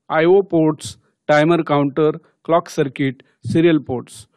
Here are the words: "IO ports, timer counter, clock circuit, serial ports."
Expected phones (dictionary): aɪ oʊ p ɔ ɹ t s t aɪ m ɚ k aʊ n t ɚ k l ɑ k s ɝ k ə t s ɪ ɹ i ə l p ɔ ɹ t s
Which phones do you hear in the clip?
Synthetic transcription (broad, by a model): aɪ oʊ p ɔ ɹ t s t aɪ m ɚ k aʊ n t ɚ k l ɑ k s ɝ k ə t s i ɹ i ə l p ɔ ɹ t s